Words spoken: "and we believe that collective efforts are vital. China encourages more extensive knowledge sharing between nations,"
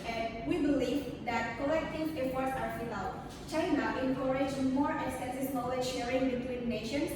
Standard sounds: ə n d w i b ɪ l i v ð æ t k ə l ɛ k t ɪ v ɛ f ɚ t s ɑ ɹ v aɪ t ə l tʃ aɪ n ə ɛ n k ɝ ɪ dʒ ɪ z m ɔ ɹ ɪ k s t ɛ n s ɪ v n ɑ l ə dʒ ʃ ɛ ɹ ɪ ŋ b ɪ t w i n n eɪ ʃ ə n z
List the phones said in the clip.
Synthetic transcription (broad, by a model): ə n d w i b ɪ l i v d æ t k ə l ɛ k t ɪ v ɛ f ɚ t s ɑ ɹ f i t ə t tʃ aɪ n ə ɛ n k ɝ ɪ dʒ m ɔ ɹ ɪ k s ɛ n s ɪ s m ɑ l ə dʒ ʃ ɛ ɹ ɪ ŋ b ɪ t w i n n eɪ ʃ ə n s